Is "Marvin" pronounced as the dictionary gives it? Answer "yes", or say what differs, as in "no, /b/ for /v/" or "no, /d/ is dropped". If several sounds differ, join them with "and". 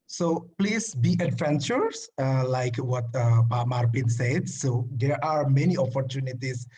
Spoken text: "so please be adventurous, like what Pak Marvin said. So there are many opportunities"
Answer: no, /p/ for /v/